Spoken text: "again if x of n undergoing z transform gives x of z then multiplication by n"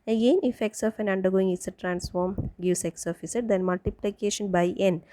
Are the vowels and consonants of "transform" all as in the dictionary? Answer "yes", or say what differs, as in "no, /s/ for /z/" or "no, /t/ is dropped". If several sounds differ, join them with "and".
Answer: yes